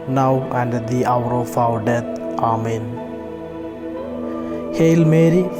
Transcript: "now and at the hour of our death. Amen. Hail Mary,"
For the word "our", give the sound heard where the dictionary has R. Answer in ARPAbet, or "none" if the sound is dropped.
W